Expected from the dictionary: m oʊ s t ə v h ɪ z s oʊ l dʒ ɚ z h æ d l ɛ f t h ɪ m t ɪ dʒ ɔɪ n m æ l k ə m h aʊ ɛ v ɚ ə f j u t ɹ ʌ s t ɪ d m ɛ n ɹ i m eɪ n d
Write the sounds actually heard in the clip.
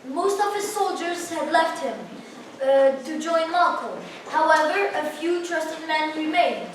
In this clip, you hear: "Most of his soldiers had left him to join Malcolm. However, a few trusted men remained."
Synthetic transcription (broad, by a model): m oʊ s t ə v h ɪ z s oʊ l dʒ ɚ z h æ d l ɛ f t h ɪ m t ɪ dʒ ɔɪ n m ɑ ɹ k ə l h aʊ ɛ v ɚ ə f j u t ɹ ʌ s t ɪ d m ɛ n ɹ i m eɪ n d